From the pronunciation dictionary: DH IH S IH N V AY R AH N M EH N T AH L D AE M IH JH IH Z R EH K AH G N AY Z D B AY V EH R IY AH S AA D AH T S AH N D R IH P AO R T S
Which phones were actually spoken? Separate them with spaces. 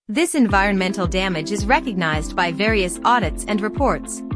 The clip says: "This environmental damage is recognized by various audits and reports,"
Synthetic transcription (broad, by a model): DH IH S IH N V AY R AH N M EH N T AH L D AE M IH JH IH Z R EH K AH G N AY Z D B AY V EH R IY AH S AA D AH T S AH N D R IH P AO R T S